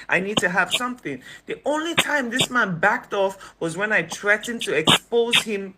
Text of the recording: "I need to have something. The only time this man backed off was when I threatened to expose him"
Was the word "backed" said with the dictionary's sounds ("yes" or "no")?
yes